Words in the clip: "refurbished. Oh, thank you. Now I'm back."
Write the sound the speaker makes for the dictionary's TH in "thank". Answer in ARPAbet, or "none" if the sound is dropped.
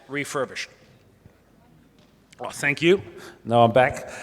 TH